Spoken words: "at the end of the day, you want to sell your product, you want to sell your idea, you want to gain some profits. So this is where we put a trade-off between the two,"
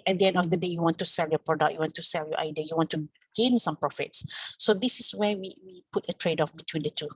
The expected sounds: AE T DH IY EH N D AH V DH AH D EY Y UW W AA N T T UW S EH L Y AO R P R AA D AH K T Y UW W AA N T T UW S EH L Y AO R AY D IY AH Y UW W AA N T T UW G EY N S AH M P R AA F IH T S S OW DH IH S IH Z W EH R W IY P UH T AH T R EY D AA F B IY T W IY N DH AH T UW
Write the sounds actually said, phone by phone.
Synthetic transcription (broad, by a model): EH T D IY EH N D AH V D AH D EY Y UW W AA N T T UW S EH L Y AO P R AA D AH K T Y UW W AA N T T UW S EH L Y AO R AY D IY AH Y UW W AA N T T UW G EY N S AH M P R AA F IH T S S OW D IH S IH S W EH W W IY P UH T AH T R EY D AA F B IY T W IY N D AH T UW